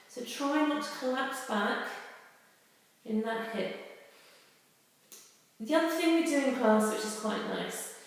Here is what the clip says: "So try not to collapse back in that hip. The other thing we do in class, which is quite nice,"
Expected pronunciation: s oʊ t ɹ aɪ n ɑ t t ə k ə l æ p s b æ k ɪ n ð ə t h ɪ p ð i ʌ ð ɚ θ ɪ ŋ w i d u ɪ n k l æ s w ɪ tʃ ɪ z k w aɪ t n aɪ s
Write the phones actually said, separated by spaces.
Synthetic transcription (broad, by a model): s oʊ t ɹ aɪ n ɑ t t ə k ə l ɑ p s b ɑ k ɪ n ð ə t h ɪ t ð i ʌ ð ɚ θ ɪ ŋ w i d u ɪ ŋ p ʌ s w ɪ tʃ ɪ z k w aɪ t n aɪ s